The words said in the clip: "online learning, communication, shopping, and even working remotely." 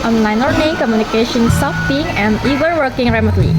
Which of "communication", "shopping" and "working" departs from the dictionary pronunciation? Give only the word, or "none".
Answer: shopping